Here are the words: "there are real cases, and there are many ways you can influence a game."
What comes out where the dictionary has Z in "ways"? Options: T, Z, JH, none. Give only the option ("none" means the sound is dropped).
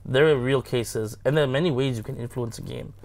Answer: Z